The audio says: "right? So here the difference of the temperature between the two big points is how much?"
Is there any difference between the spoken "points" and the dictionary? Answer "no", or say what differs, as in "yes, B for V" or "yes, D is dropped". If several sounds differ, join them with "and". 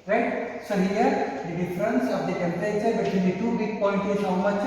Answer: yes, S is dropped